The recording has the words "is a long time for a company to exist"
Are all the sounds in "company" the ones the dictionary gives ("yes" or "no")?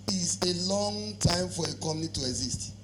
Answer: no